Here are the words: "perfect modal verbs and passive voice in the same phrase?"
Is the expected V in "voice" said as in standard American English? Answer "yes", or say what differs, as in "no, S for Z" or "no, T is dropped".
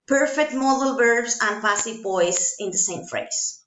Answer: no, P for V